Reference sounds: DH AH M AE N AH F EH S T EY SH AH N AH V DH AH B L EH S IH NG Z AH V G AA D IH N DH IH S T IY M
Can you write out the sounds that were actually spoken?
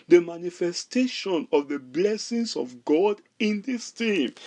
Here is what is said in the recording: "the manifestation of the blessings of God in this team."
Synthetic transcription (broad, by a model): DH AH M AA N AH F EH S T EY SH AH N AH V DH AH B L EH S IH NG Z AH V G AA D IH N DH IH S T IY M